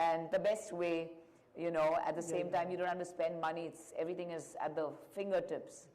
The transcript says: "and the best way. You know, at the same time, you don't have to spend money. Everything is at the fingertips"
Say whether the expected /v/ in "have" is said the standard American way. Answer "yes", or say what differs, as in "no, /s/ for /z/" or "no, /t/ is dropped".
no, /f/ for /v/